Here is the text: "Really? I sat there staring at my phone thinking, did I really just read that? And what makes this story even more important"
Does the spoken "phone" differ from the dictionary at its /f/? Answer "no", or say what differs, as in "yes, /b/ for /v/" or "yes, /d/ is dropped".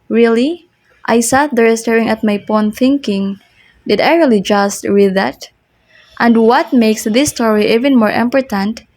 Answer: yes, /p/ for /f/